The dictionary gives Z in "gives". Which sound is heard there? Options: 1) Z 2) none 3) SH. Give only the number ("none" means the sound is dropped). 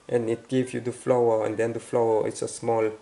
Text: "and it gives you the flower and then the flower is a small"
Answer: 2